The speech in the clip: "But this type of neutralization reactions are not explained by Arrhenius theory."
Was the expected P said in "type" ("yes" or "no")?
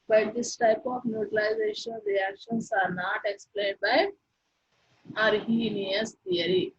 yes